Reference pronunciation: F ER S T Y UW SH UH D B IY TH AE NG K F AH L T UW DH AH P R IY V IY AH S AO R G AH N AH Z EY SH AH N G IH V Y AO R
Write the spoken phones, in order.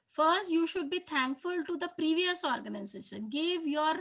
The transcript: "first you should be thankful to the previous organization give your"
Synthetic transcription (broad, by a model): F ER S T Y UW SH UH D B IY T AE NG K F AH L T UW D AH P R IY V IY AH S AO R G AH N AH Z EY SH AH N G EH V Y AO R